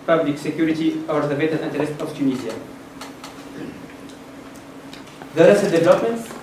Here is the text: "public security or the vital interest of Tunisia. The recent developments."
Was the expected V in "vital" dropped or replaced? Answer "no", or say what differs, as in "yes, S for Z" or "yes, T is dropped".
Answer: yes, B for V